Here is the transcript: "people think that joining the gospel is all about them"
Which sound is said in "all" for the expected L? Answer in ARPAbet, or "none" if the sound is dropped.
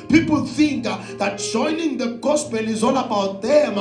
N